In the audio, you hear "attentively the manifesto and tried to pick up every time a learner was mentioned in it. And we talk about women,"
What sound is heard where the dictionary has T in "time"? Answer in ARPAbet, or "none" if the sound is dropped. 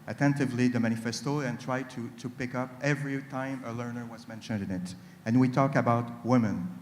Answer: T